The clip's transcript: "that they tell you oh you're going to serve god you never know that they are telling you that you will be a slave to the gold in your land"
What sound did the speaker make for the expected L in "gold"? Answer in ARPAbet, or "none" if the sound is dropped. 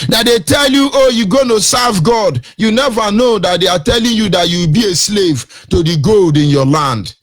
L